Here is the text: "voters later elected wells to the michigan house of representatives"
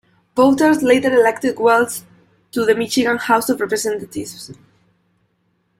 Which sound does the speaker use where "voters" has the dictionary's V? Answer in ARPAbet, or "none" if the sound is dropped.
B